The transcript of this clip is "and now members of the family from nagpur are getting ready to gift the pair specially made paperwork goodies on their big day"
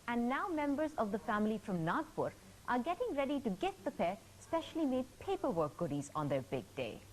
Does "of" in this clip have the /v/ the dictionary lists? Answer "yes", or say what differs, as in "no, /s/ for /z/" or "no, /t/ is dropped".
yes